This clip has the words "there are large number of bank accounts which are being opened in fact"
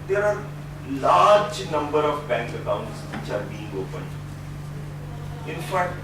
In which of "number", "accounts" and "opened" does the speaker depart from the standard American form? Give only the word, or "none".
opened